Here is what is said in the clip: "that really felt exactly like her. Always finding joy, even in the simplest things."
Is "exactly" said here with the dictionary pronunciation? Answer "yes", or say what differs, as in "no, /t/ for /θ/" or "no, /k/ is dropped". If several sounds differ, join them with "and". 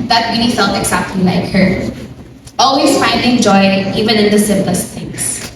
no, /l/ is dropped